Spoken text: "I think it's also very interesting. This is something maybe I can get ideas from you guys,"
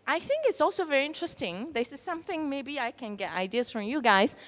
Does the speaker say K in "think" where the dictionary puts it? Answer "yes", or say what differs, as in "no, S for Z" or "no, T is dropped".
yes